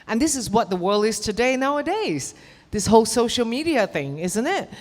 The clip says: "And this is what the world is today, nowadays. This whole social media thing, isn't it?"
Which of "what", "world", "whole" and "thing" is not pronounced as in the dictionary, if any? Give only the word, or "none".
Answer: none